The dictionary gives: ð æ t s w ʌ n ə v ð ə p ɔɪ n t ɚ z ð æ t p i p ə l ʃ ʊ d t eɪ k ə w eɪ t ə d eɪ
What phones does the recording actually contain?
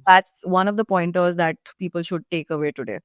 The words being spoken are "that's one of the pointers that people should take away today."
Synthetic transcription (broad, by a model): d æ t s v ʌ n ə v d ə p ɔɪ n t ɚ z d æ t p i p ə l ʃ ʊ d t eɪ k ə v eɪ t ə d eɪ